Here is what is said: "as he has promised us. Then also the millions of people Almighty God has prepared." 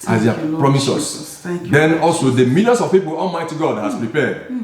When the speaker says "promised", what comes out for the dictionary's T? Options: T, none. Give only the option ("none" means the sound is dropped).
none